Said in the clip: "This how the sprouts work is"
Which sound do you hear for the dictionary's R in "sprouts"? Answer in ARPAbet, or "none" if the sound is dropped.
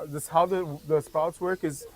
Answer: none